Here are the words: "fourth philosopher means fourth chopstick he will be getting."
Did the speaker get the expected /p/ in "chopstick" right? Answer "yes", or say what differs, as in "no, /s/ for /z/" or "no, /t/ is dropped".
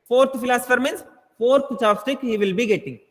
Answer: no, /p/ is dropped